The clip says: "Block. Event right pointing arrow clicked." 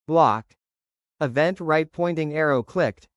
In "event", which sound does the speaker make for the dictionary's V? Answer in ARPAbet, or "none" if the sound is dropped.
V